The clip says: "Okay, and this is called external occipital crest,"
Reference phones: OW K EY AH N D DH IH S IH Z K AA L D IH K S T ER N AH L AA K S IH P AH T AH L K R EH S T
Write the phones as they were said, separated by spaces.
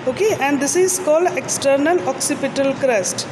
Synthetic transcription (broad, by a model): OW K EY AH N D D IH S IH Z K AA L D IH K S T ER N AH L AA K S IH P AH T AH L K R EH S T